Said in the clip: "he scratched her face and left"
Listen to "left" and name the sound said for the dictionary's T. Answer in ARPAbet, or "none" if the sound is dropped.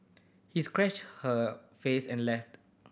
T